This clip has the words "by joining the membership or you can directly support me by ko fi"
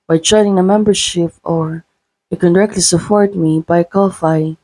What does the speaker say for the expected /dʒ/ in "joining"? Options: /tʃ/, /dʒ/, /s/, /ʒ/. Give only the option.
/tʃ/